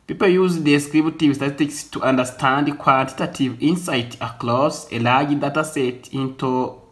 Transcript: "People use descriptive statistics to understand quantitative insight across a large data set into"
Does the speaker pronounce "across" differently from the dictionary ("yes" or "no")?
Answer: yes